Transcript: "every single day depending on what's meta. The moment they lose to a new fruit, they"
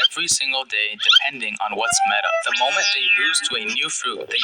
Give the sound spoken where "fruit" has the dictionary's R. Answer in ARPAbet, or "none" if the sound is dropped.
L